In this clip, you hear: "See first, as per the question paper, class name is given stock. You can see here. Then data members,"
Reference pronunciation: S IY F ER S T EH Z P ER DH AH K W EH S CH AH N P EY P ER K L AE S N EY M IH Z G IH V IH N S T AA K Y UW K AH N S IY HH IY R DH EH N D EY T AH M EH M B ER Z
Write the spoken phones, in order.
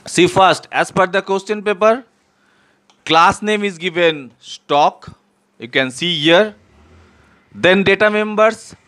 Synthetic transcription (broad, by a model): S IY F ER S T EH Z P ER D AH K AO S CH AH N P EY P ER K L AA S N EY M IH Z G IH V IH N S T AA K Y UW K AH N S IY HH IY R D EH N D EY T AH M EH M B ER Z